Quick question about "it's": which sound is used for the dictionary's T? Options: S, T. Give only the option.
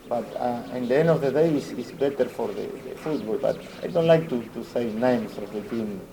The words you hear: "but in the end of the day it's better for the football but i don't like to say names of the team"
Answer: S